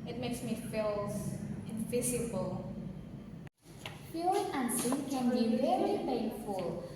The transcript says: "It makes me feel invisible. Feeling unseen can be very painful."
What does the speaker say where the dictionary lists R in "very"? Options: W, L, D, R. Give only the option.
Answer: L